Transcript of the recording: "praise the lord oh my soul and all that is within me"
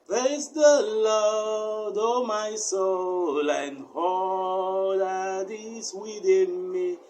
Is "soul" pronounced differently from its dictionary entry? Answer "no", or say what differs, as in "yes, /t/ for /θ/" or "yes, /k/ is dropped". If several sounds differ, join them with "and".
no